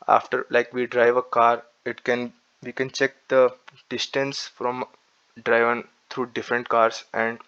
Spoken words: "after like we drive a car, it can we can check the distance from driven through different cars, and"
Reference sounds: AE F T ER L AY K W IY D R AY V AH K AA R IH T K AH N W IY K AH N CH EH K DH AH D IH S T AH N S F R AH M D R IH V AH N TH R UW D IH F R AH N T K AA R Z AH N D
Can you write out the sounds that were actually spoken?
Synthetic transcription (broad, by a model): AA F T ER L AY K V IY D R AY V AH K AA R IH T K AH N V IY K AH N CH EH K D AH D IH S T AH N S F R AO M D R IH V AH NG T R UW D IH F R AH N T K AA R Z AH N D